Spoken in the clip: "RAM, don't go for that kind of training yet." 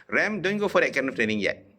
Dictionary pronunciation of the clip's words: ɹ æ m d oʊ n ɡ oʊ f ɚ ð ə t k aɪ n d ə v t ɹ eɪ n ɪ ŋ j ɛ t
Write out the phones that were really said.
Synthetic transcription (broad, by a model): ɹ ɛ m d oʊ n ɡ oʊ f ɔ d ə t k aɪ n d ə f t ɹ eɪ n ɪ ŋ j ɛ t